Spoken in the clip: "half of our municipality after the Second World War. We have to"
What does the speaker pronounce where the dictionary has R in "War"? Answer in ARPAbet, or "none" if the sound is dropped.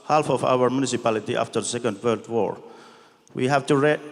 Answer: R